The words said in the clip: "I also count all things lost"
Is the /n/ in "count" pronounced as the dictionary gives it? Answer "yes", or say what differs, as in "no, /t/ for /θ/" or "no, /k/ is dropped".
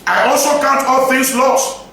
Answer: yes